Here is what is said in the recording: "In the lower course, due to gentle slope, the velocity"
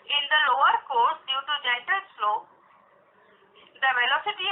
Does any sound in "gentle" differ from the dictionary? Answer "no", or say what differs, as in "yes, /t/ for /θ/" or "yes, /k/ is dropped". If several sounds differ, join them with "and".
yes, /n/ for /l/